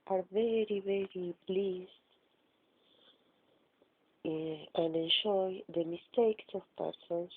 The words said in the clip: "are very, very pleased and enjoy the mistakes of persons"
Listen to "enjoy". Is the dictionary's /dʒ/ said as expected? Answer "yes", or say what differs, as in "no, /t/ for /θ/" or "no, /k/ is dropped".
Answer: no, /ʃ/ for /dʒ/